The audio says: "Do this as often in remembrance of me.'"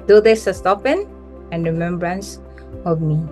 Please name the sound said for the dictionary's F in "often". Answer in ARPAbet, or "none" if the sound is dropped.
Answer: P